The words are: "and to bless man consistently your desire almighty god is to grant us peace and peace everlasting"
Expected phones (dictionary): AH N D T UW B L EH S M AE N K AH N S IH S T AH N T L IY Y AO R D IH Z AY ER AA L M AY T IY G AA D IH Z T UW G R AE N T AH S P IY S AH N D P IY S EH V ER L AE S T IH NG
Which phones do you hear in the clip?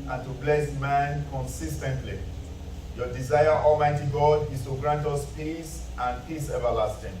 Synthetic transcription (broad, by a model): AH N T UW B L EH S M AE N K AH N S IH S T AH N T L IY Y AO D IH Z AY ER AA L M AY T IY G AA D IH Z T UW G R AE N T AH S P IY S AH N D P IY S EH V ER L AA S T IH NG